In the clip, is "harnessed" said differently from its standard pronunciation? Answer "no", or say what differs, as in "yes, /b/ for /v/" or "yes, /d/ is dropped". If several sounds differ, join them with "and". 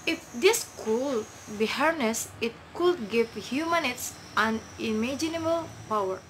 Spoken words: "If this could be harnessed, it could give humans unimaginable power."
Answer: yes, /t/ is dropped